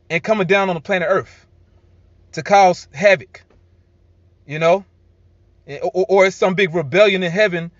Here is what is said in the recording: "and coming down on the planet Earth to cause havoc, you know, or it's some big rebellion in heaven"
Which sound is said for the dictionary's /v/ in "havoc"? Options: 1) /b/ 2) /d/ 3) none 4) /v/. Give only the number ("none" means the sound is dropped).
4